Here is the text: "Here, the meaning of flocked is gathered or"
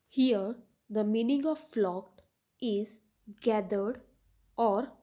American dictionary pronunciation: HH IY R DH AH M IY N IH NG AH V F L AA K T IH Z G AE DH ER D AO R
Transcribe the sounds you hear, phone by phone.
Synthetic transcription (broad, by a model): HH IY R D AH M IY N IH NG AH V F L AA K T IH Z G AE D ER D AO R